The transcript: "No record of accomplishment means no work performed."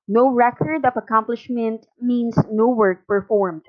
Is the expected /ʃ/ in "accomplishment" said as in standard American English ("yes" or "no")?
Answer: yes